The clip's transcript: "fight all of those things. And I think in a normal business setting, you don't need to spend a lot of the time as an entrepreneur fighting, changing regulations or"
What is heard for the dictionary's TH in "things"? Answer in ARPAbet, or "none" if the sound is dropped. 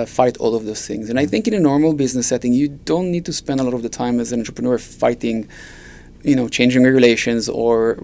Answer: TH